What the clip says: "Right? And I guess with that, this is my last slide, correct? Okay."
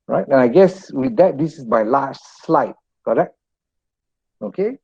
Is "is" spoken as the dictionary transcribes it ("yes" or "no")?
no